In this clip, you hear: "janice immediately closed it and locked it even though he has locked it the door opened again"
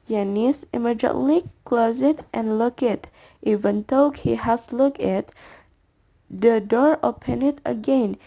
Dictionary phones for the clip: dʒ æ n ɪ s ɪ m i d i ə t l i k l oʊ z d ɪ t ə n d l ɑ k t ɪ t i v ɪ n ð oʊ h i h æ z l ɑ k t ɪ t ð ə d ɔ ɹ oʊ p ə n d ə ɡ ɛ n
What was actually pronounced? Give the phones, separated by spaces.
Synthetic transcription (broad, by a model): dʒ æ n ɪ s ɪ m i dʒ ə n l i k l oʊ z ɪ t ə n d l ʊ k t t i v ɪ n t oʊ h i h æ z l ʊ k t ɪ t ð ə d ɔ ɹ oʊ p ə n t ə ɡ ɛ n